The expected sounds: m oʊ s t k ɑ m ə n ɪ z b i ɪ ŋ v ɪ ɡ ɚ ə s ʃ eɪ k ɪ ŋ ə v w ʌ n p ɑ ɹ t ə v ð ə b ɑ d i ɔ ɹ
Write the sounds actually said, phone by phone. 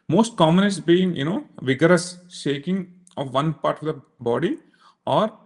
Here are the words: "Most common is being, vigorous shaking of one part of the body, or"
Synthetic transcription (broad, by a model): m oʊ s t k ɑ m ə n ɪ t b i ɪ ŋ v ɪ ɡ ɚ ə s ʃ eɪ k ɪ ŋ ə v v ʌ n p ɑ ɹ t ə v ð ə b ɑ d i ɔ ɹ